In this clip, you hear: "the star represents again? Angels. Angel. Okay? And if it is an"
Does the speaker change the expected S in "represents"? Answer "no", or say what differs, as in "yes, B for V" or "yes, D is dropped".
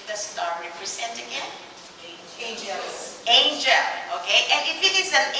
yes, S is dropped